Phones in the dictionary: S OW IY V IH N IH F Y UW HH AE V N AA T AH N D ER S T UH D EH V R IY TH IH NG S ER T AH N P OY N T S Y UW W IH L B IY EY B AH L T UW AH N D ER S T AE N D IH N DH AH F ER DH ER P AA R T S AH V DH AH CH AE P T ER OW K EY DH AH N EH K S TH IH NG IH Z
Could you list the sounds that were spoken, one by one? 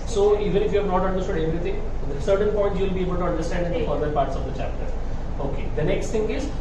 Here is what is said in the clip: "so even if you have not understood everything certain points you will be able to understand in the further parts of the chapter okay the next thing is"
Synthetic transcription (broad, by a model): S OW IY V IH N IH F Y UW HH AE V N AA T AH N D ER S T UH D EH V R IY T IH NG S ER T AH N P OY N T Y UW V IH L B IY EY B AH L T UW AH N D ER S T AE N D IH N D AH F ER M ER P AA R T S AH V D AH CH AE P T ER OW K EY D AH N EH K S T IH NG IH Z